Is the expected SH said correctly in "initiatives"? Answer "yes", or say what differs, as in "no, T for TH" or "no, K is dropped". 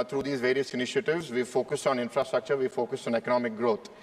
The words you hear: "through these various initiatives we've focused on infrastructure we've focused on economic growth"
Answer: yes